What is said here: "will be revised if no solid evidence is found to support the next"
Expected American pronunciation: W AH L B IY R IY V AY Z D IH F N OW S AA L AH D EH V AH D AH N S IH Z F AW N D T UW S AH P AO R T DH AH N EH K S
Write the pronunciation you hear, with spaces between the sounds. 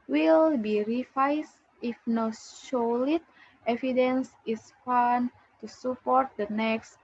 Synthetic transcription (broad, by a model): W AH L B IY R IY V AY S IH F N OW SH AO L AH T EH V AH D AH N S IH S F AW N T UW S AH P AO R T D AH N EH K S